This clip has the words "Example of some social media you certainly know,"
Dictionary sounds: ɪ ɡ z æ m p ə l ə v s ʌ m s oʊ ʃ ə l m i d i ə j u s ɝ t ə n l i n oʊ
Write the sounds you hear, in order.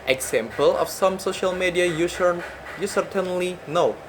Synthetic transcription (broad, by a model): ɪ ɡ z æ m p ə l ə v s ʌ m s oʊ ʃ ə l m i d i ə j u s ɝ t ə n l i n oʊ